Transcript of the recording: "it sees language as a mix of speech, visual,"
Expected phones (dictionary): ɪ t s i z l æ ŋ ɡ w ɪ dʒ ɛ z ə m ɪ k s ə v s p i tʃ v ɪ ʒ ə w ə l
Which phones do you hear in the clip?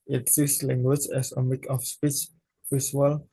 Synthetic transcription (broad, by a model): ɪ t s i s l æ ŋ ɡ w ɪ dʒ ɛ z ə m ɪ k ə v s p i tʃ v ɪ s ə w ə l